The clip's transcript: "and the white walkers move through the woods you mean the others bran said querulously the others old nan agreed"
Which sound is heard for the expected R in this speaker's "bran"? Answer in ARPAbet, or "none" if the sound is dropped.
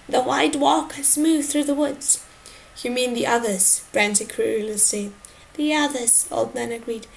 R